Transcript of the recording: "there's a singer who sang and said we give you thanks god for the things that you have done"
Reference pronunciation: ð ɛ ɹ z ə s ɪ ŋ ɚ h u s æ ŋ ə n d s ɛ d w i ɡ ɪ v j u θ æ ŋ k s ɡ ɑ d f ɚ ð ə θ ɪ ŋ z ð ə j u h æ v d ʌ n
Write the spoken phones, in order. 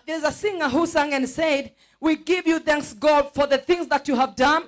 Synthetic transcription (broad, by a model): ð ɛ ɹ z ə s ɪ ŋ ɚ h u s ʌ ŋ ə n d s ɛ d w i ɡ ɪ v j u θ æ ŋ k s ɡ ɑ d f ɚ ð ə θ ɪ ŋ z ð ə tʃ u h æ v d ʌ n